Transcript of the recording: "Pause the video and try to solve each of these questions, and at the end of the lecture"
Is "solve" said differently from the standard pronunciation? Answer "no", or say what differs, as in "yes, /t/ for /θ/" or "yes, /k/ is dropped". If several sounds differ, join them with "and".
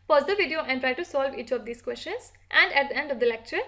no